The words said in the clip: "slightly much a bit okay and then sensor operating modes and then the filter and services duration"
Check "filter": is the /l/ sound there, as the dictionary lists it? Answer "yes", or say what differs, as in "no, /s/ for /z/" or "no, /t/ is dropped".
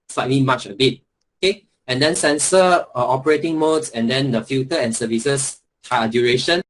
no, /l/ is dropped